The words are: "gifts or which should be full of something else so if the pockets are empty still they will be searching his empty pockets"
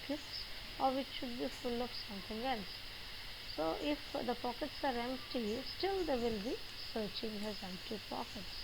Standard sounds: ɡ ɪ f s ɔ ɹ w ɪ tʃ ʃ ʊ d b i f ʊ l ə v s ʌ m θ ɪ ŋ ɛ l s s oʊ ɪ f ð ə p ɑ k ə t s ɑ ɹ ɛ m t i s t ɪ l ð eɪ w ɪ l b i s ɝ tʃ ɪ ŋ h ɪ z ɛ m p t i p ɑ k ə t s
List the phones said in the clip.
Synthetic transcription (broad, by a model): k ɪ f s ɔ ɹ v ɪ tʃ ʃ ʊ d b i f ʊ l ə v s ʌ m t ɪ ŋ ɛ l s s oʊ ɪ f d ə p ɑ k ə t s ɑ ɹ ɛ m t i s t ɪ l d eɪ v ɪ l b i s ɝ tʃ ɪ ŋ h ɪ z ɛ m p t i p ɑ k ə t s